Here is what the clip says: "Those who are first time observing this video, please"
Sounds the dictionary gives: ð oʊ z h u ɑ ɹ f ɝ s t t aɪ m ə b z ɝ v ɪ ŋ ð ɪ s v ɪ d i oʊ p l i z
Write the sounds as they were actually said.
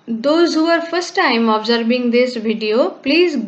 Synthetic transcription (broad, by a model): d oʊ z h u ɑ ɹ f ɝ s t t aɪ m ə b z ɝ b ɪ ŋ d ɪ s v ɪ d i oʊ p l i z